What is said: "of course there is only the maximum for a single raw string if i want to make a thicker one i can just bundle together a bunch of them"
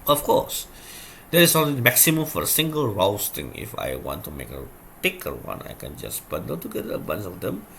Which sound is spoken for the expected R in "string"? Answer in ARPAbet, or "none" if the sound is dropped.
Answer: none